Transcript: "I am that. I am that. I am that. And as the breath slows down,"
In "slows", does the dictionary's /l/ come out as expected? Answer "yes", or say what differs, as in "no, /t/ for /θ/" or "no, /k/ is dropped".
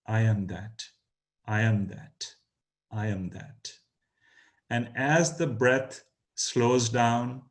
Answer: yes